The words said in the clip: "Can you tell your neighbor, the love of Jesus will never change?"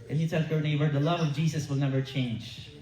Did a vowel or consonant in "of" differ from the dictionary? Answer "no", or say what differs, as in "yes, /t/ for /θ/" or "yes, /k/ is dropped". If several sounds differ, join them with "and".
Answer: no